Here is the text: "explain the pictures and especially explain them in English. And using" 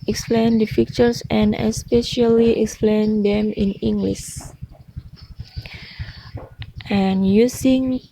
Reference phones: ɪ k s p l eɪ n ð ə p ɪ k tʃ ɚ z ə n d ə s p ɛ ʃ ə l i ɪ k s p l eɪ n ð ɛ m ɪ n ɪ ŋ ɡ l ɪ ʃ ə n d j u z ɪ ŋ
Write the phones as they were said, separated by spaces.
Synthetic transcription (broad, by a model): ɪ k s p l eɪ n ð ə f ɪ k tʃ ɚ s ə n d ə s p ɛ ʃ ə l i ɪ k s p l eɪ n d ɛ m ɪ n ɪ ŋ ɡ l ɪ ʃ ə n j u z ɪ ŋ